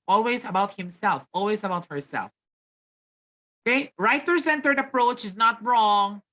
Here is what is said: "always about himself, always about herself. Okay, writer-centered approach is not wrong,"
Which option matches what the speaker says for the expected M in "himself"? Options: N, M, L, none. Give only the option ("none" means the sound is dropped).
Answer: M